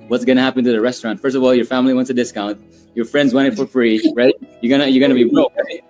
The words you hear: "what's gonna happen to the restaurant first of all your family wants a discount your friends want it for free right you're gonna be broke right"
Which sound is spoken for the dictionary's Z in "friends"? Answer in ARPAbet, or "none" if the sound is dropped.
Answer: Z